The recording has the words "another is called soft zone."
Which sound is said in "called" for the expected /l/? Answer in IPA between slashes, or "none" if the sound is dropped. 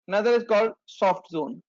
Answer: /l/